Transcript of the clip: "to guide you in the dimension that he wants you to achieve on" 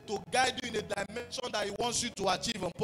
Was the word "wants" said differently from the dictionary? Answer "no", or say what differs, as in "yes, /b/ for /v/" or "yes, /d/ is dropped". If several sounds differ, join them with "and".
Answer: no